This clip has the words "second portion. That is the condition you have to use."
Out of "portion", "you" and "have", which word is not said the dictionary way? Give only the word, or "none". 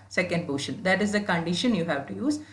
portion